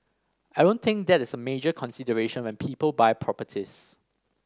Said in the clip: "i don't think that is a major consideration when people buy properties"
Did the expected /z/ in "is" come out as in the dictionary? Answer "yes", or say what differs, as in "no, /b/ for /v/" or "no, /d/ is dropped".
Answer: no, /s/ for /z/